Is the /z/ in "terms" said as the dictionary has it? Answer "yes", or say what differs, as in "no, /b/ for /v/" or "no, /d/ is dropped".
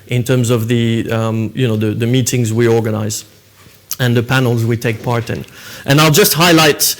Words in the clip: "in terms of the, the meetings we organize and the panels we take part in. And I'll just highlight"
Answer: yes